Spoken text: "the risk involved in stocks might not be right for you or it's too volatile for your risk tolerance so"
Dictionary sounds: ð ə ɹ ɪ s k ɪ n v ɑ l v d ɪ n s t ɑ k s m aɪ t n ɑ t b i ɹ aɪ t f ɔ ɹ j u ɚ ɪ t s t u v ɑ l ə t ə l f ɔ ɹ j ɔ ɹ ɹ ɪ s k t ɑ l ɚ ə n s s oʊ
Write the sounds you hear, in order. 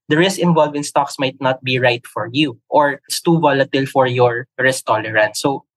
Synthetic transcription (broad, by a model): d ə ɹ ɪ s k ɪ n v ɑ l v ɪ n s t ɑ k s m aɪ t n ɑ t b i ɹ aɪ t f ɔ ɹ j u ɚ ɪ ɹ s t u v ɑ l ə t ə l f ɔ ɹ j ɔ ɹ ɹ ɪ s t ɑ l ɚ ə n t s oʊ